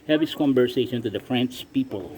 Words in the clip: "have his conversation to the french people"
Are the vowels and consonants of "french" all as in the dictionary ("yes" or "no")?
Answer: no